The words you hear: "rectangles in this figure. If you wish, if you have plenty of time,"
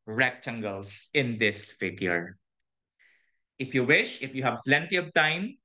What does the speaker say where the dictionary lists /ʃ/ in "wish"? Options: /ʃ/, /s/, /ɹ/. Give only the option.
/ʃ/